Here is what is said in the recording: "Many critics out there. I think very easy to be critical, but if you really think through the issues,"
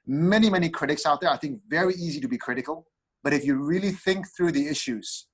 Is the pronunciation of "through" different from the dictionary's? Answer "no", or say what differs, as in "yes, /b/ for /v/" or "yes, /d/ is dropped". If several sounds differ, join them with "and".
no